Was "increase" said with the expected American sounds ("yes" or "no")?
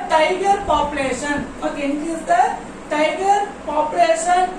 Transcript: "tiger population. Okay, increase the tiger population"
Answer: no